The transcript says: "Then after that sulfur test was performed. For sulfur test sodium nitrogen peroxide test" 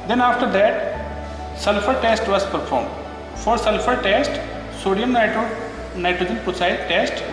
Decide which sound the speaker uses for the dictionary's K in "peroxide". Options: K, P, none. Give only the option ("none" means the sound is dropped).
none